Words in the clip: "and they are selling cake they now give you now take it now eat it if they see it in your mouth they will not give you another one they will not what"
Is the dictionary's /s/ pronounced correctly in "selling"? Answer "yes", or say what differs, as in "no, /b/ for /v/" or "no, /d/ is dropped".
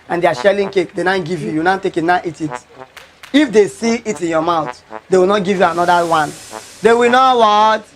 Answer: no, /ʃ/ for /s/